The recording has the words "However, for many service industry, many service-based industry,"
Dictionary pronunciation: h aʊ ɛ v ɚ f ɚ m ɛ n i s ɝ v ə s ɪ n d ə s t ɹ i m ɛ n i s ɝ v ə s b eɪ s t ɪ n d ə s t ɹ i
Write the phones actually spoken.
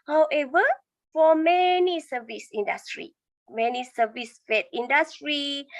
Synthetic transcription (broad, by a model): h aʊ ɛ v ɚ f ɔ m ɛ n i s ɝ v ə s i n d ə s t ɹ i m ɛ n i s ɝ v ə s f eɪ t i n d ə s t ɹ i